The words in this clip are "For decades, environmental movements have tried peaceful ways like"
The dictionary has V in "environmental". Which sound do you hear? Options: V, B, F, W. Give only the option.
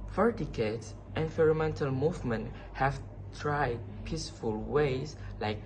F